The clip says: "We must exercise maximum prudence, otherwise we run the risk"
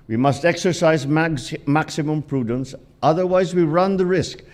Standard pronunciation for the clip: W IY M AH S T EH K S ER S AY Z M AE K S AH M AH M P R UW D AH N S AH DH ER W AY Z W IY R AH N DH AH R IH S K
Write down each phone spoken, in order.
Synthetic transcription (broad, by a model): W IY M AH S T EH K S ER S AY Z M AE K S AH M AH M P R UW D AH N S AH DH ER W AY Z W IY R AH N DH AH R IH S K